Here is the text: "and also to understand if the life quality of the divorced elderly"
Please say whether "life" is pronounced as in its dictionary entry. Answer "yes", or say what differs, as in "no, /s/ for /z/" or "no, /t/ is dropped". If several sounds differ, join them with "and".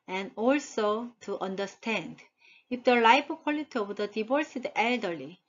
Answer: no, /p/ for /f/